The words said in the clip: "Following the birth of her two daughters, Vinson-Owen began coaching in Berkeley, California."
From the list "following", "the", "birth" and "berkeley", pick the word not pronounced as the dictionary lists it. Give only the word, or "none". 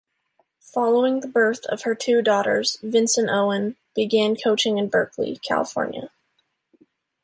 none